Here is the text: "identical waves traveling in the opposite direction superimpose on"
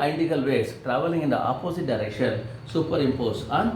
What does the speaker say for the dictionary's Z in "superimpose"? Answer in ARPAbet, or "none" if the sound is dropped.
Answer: S